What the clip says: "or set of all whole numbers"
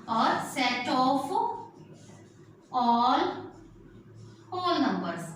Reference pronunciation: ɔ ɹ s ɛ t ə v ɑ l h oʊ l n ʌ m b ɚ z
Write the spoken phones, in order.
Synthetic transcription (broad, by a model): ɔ ɹ s ɛ t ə f ɑ l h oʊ l n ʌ m b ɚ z